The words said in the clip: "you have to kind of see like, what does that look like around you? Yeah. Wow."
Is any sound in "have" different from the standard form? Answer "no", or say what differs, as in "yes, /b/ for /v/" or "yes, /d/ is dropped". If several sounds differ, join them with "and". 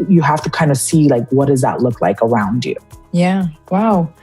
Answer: yes, /f/ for /v/